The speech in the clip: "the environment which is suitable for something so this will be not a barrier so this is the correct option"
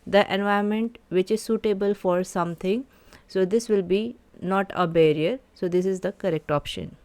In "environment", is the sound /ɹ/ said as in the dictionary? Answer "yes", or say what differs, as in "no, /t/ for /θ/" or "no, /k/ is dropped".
no, /ɹ/ is dropped